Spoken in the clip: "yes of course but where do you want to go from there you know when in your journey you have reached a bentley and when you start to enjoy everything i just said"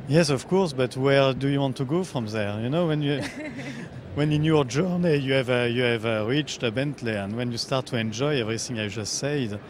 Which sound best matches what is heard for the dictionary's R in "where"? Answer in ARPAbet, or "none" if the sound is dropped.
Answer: R